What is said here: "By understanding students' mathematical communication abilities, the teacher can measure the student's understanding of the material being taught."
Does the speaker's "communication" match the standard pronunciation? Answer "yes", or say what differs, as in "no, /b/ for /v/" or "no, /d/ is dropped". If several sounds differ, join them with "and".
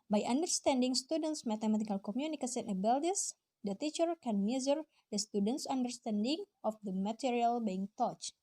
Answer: no, /s/ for /ʃ/